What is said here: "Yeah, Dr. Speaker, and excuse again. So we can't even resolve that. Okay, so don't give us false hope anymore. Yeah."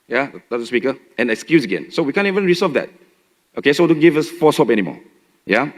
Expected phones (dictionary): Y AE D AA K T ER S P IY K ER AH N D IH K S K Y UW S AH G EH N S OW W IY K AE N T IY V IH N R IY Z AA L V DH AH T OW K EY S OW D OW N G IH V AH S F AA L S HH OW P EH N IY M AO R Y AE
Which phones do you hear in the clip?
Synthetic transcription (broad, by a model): Y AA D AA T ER S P IY K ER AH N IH K S K Y UW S AH G EH N S OW W IY K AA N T IY V IH N R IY S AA V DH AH T OW K EY S OW D OW N G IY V AH S F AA S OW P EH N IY M AO Y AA